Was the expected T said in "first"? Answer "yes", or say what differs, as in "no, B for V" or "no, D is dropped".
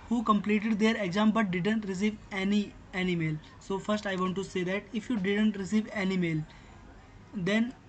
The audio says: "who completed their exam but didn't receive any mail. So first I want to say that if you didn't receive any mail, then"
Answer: yes